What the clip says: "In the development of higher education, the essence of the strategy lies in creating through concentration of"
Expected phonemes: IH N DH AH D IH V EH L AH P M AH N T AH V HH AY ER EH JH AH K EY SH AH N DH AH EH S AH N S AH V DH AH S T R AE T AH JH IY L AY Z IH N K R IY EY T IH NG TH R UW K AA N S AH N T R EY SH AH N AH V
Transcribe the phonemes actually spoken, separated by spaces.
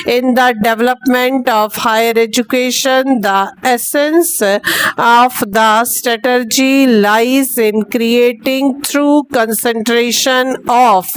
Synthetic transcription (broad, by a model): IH N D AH D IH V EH L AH P M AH N T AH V HH AY ER EH JH AH K EY SH AH N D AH EH S AH N S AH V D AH S T R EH T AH JH IY L AY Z IH N K R IY EY T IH NG T R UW K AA N S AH N T R EY SH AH N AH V